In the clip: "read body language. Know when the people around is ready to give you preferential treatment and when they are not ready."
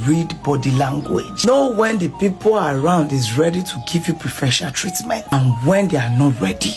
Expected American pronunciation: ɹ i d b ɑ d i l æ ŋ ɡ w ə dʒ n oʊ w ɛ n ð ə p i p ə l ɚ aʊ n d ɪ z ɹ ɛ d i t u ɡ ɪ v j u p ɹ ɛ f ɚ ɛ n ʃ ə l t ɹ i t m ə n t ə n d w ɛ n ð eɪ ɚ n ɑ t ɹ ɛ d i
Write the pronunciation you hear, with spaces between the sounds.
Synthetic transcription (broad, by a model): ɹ i d b ɑ d i l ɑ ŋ ɡ w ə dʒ n oʊ w ɛ n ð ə p i p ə l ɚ aʊ n d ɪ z ɹ ɛ d i t u ɡ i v j u p ɹ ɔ f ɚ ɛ ʃ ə n t ɹ i t m ə n t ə n w ɛ n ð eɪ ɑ n ɑ t ɹ ɛ d i